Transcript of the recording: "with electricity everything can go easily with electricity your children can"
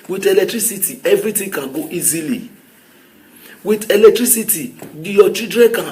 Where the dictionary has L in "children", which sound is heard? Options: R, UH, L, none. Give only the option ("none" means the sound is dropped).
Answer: none